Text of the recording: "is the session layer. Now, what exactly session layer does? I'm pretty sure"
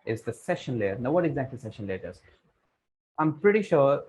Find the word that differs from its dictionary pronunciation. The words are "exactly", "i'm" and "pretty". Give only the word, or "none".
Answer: exactly